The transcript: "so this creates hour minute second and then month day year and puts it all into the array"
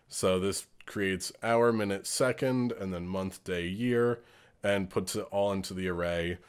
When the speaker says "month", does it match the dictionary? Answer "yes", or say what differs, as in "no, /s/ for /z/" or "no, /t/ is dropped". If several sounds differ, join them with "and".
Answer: yes